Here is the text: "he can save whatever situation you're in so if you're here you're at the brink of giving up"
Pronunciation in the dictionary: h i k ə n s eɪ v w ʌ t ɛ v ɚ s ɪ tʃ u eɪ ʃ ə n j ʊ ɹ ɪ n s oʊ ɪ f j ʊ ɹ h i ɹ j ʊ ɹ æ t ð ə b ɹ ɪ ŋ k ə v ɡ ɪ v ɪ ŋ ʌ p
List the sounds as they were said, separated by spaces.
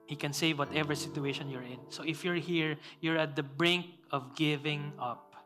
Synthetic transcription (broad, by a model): h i k ə n s eɪ v w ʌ t ɛ v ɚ s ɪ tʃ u eɪ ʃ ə n j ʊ ɹ ɪ n s oʊ ɪ f j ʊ ɹ h i ɹ j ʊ ɹ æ t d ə b ɹ ɪ ŋ k ə v ɡ ɪ v ɪ ŋ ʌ p